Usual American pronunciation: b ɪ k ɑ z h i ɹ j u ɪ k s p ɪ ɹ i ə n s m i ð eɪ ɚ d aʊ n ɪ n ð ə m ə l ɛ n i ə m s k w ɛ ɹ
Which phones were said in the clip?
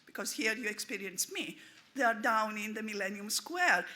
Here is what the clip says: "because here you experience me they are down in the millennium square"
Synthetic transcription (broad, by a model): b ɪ k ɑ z h i ɹ j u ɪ k s p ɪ ɹ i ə n s m i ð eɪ ɚ d aʊ n ɪ n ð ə m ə l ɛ n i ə m s k w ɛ ɹ